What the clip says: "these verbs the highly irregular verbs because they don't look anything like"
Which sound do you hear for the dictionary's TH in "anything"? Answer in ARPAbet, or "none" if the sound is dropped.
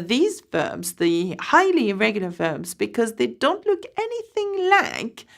TH